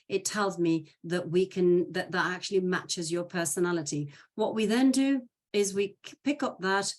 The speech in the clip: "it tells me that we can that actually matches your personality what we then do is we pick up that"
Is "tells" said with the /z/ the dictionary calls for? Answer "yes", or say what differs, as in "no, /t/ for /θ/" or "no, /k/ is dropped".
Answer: yes